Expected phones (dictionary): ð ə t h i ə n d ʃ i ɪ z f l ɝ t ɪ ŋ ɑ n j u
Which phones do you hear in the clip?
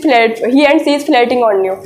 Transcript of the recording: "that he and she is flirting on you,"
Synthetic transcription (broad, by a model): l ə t h i ə n d s i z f l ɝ t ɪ ŋ ɑ n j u